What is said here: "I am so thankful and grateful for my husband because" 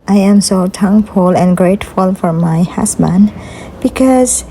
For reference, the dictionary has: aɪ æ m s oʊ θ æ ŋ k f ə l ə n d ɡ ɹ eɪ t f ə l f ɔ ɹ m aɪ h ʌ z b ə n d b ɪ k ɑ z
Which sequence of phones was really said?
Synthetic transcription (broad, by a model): aɪ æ m s oʊ t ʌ ŋ f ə l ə n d ɡ ɹ eɪ t f ə l f ɔ ɹ m aɪ h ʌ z b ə n d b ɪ k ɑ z